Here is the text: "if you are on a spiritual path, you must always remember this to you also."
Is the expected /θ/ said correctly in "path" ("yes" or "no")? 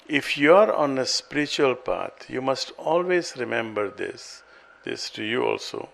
no